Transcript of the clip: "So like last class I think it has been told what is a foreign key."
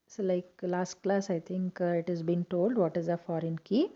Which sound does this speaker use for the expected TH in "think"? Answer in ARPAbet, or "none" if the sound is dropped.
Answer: T